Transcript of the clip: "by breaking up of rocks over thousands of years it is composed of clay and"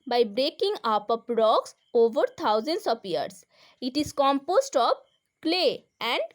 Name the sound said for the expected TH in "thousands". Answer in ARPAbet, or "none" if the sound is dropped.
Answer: T